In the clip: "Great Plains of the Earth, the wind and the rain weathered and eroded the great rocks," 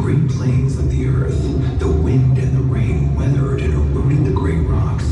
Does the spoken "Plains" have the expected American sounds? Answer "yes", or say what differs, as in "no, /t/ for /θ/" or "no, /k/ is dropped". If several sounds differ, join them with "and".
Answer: yes